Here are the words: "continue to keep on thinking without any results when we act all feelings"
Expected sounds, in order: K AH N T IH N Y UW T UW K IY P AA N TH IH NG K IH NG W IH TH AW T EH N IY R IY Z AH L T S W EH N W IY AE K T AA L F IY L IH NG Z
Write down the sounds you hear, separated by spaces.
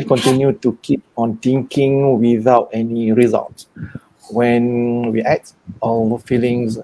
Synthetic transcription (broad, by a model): K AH N T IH N Y UW T UW K IY P AA N T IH NG K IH NG W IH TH AW T EH N IY R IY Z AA L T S W EH N W IY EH T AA F IY L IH NG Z